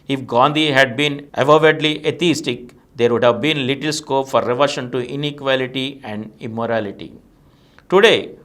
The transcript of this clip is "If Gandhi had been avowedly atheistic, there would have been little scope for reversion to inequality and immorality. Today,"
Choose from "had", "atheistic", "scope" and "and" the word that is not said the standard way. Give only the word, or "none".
atheistic